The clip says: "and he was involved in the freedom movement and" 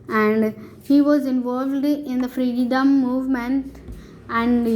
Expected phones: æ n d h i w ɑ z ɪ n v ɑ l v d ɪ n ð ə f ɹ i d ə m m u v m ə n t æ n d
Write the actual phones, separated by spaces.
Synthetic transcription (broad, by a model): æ n d h i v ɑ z ɪ n v ɑ l v d ɪ n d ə f ɹ i d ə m m u v m ə n t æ n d